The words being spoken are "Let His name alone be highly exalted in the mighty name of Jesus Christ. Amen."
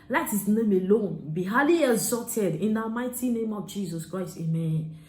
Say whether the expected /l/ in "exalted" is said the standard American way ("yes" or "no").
no